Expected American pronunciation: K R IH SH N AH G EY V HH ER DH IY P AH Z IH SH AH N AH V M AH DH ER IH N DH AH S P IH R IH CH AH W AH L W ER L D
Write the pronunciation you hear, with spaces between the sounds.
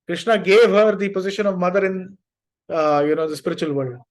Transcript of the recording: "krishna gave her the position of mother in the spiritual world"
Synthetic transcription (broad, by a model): K R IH SH N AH G EY V HH ER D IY P AH Z IH SH AH N AH V M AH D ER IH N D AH S P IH R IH CH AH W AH L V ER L D